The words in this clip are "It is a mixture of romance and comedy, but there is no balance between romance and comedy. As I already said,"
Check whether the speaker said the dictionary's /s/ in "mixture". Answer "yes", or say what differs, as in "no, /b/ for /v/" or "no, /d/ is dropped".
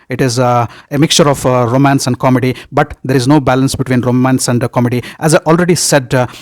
yes